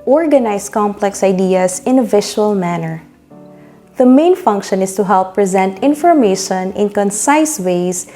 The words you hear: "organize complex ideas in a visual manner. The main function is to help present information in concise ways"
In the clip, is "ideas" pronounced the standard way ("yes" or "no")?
no